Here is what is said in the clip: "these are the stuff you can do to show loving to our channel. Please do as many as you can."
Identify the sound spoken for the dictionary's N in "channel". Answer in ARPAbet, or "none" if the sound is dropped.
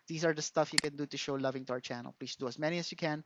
N